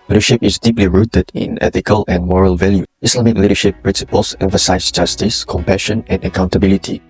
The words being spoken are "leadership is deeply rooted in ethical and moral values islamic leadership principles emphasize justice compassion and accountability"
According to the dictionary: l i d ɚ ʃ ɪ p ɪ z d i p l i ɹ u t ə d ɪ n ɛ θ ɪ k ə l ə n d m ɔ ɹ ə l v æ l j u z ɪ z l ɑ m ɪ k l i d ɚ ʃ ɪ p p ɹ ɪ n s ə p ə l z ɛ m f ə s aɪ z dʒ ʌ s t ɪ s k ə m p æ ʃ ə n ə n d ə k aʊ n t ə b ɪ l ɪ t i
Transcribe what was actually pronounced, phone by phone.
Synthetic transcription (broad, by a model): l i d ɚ ʃ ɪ p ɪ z d i p l i ɹ u t ə d ɪ n ɛ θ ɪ k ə l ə n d m ɔ ɹ ə l v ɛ l j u ɪ s l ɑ m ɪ k l i d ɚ ʃ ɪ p p ɹ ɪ n s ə p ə l s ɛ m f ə s aɪ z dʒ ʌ s t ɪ s k ə m p æ ʃ ə n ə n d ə k aʊ n t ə b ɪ l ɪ t i